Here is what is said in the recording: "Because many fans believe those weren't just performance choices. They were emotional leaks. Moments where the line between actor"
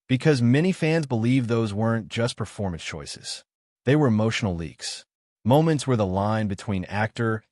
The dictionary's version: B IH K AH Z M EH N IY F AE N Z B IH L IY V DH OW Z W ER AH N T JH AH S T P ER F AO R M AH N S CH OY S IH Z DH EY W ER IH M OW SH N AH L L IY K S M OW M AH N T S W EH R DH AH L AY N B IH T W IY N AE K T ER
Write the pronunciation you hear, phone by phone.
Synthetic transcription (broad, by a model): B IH K AH Z M EH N IY F AE N Z B IH L IY V DH OW Z W ER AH N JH AH S P ER F AO R M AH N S CH OY S IH Z DH EY W ER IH M OW SH N L L IY K S M OW M AH N T S W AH R DH AH L AY N B IH T W IY N AE K T ER